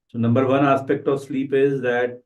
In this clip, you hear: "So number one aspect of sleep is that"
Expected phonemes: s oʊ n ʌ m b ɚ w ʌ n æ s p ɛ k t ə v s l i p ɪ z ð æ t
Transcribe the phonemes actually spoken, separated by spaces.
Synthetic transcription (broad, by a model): s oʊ n ʌ m b ɚ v ʌ n æ s p ɛ k t ə v s l i p ɪ z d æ t